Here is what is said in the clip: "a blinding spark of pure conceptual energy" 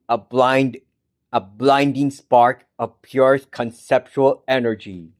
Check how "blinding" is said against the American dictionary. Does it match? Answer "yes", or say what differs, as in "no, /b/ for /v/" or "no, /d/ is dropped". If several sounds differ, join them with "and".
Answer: yes